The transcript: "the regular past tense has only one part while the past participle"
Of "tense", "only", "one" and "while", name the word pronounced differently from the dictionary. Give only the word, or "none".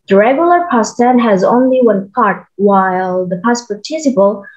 tense